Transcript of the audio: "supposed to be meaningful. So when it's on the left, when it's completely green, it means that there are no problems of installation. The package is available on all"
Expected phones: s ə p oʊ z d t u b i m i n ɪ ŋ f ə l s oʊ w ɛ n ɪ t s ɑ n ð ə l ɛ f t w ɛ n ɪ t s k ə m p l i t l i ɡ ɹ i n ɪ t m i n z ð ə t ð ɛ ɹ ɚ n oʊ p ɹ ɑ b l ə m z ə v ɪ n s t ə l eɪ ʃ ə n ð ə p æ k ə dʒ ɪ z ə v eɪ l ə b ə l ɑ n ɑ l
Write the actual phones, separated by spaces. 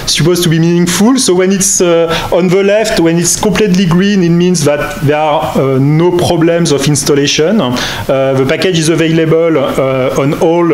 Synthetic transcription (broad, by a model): s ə p oʊ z t u b i m i n ɪ ŋ f ə l s oʊ w ɛ n ɪ t s ɑ n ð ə l ɛ f t w ɛ n ɪ t s k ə p l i t l i ɡ ɹ i n ɪ t m i n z ð ə t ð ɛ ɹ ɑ n oʊ p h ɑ b l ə m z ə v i n s t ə l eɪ ʃ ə n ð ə p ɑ k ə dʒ ɪ z ə v eɪ l ə b ə l ɑ n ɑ l